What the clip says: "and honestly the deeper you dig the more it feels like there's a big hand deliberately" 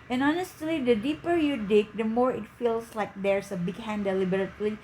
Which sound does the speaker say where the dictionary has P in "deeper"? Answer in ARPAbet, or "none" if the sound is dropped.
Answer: P